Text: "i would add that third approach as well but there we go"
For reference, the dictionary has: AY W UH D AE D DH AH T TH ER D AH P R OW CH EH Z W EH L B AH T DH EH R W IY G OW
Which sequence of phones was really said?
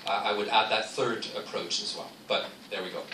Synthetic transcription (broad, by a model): AY W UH D AE D DH AH T TH ER D AH P R OW CH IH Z W EH L B AH T DH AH R W IY G OW